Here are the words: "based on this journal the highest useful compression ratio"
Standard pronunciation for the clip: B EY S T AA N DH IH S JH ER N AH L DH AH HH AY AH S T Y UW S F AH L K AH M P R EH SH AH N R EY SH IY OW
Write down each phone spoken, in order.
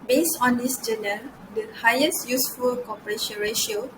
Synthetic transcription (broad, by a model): B EY S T AA N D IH S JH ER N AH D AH HH AY AH S T Y UW S F AH L K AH P R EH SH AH N R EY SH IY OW